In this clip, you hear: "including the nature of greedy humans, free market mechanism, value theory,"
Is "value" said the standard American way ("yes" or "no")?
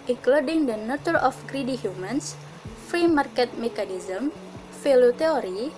no